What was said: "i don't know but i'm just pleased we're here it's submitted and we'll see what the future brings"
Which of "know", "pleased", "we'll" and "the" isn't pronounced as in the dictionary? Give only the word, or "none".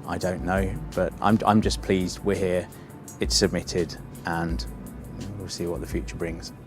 none